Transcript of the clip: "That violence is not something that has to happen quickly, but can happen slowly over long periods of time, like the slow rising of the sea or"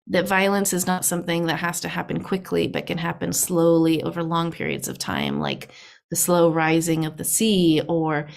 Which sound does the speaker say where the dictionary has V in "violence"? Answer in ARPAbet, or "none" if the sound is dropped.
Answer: V